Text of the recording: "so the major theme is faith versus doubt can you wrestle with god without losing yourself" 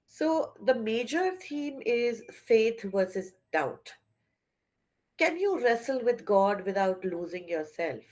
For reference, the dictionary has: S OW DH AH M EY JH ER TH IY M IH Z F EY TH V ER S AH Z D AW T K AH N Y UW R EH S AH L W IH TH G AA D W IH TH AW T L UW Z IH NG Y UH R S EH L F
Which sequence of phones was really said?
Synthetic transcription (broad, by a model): S OW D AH M EY JH ER T IY M IH Z F EY T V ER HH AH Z D AW T K AH N Y UW R EH S AH L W IH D G AA D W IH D AW T L UW Z IH NG Y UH R S EH L F